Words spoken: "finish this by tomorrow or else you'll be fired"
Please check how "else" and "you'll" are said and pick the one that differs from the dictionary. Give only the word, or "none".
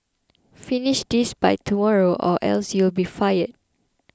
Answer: none